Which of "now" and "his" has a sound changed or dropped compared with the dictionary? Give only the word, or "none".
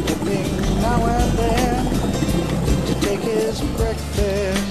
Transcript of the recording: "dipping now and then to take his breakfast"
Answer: none